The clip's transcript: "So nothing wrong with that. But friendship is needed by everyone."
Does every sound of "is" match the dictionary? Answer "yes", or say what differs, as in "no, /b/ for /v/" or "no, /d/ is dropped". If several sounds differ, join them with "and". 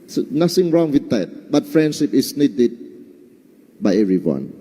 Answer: no, /s/ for /z/